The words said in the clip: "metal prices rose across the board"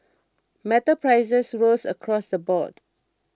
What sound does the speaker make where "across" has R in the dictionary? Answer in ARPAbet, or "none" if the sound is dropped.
R